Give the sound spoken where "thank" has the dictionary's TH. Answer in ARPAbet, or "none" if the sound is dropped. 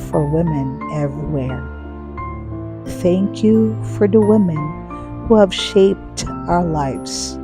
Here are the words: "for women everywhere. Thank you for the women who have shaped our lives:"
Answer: TH